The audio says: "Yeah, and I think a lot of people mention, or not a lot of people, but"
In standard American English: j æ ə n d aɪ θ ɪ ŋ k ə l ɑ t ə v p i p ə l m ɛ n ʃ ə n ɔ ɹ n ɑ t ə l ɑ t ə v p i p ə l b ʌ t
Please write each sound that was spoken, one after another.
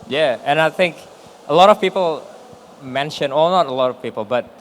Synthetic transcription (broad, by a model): j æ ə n aɪ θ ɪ ŋ k ə l ɑ t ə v p i p ə l m ɛ n ʃ ə n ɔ l n ɑ t ə l ɑ t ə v p i p ə l b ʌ t